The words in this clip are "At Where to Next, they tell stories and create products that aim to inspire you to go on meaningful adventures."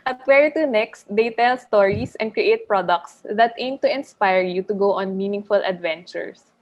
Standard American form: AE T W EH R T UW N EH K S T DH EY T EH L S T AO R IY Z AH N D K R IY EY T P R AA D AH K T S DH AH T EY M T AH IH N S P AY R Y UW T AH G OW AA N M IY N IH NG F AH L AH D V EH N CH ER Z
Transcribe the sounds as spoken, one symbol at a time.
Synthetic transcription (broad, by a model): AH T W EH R T UW N EH K S T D EY T EH L S T AO R IY S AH N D K R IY EY T P R AA D AH K T S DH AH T EY M T AH IH N S P AY R Y UW T AH G OW AA N M IY N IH NG F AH L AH D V EH N CH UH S